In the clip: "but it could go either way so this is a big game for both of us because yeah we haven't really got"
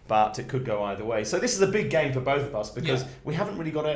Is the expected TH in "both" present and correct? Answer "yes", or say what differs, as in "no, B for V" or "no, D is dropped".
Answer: yes